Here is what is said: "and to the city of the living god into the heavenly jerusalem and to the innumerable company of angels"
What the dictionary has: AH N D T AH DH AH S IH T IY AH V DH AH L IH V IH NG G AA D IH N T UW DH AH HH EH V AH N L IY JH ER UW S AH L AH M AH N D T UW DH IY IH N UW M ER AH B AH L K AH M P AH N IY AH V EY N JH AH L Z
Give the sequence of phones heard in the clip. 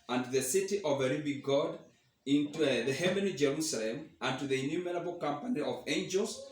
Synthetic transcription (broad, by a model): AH N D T DH AH S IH T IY AH V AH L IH B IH G AA D IH N T UW DH AH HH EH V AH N IY JH ER UW S AH L AH M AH N T UW DH IY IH N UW M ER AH B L K AH M P AH N IY AH V EY N JH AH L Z